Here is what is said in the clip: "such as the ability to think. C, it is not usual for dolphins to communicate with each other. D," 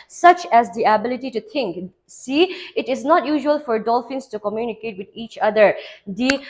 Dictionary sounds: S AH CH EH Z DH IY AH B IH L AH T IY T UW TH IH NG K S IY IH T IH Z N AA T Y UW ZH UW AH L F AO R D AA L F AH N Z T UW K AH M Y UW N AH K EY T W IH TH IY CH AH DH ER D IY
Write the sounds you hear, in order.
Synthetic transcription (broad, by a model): S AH CH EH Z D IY AH B IH L AH T IY T UW T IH NG K S IY IH T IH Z N AA T Y UW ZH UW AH L F AO R D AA L F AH N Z T UW K AH M Y UW N AH K EY T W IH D IY CH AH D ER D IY